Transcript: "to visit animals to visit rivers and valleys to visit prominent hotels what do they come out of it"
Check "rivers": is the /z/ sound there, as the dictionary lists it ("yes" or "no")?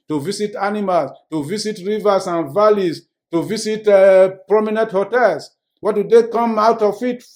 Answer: no